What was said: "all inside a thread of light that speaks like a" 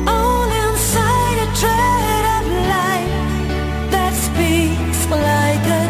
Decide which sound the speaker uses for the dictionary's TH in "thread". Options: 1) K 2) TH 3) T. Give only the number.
3